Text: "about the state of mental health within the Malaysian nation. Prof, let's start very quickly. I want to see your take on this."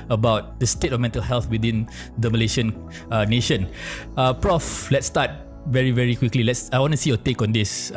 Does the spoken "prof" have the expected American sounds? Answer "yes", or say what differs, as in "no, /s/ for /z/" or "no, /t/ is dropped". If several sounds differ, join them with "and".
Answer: yes